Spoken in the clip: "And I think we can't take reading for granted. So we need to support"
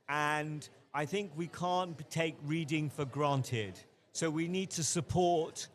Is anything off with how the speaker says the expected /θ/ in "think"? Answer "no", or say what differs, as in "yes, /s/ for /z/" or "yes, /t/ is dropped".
no